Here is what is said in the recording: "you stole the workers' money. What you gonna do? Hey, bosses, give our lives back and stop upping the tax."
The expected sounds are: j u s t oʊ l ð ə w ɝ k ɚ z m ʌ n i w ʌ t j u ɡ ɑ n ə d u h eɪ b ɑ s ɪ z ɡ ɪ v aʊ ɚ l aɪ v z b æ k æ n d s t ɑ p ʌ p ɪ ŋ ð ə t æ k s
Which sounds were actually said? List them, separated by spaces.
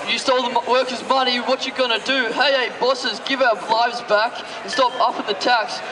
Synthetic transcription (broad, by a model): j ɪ s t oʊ l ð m w ɝ k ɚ z m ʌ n i w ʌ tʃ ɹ ɡ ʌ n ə d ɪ h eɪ b ɑ s ɪ z ɡ ɪ v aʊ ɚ l aɪ v z b æ k n s t ɑ p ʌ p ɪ ð ə t æ k s